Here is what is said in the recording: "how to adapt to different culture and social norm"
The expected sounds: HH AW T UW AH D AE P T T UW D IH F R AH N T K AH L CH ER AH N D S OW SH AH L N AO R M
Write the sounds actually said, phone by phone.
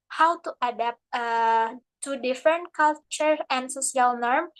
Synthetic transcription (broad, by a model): HH AW T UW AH D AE P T T UW D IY F R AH N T K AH L CH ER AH N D S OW S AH L N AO R M